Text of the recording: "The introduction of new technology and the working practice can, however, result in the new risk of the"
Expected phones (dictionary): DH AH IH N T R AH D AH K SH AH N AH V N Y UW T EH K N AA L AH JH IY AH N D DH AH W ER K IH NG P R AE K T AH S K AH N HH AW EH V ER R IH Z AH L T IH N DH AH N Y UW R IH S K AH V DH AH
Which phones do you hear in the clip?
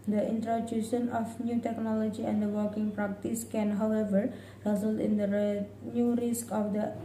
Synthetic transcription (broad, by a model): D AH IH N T R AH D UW SH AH N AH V N Y UW T EH K N AA L AH JH IY AH N D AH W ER K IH NG P R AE K T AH S K AH N HH AW EH V ER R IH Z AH L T IH N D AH N Y UW R IH S K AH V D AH